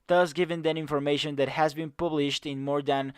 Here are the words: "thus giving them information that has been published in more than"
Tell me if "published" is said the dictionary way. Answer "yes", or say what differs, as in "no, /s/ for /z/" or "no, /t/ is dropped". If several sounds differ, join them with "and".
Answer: yes